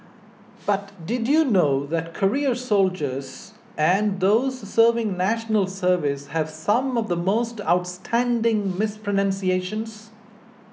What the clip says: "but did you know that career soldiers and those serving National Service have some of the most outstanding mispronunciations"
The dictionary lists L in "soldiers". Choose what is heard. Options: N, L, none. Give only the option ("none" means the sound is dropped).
L